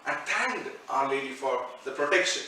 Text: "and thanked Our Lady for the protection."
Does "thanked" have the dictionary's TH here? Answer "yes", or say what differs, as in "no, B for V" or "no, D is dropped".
no, T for TH